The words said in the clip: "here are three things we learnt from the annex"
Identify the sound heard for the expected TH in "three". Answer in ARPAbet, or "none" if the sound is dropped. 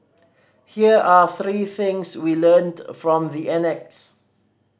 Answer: TH